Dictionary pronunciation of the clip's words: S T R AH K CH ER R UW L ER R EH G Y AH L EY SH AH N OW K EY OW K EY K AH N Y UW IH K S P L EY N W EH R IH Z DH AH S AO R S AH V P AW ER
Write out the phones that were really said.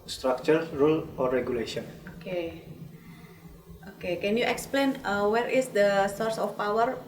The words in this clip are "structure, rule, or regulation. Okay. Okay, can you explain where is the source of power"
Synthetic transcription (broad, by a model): S T R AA K CH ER R UW L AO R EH G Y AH L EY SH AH N OW K EY OW K EY K AH N Y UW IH K S P L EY N W EH R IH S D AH S AO R S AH F P AW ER